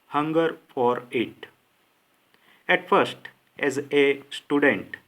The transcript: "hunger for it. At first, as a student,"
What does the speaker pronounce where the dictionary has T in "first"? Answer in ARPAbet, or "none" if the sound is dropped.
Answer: T